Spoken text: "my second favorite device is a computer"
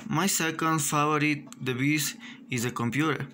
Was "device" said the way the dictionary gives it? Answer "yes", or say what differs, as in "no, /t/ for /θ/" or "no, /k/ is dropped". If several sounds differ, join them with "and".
no, /b/ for /v/